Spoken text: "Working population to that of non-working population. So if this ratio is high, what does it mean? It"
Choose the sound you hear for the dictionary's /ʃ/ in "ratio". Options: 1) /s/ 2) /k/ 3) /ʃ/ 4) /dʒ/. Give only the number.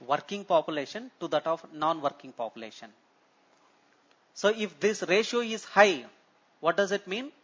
3